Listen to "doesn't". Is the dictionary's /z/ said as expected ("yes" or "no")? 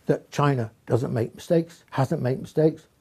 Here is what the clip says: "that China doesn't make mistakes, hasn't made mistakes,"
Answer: yes